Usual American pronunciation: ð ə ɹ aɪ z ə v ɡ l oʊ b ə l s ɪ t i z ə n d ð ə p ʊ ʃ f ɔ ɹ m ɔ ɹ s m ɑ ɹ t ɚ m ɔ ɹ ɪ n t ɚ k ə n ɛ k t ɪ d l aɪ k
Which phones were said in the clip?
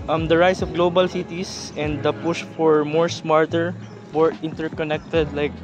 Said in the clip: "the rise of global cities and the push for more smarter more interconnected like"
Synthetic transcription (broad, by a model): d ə ɹ aɪ s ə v ɡ l oʊ b ə l s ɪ t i s ə n d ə p ʊ ʃ f ɔ ɹ m ɔ ɹ s m ɑ ɹ t ɚ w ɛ ɹ ɪ n t ɚ k ə n ɛ k t ɪ d l aɪ k